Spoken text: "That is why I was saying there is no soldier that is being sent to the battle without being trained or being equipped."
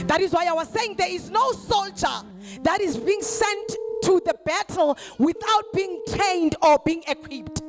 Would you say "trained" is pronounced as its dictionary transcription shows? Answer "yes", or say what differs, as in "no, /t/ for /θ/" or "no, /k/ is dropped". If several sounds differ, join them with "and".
no, /ɹ/ is dropped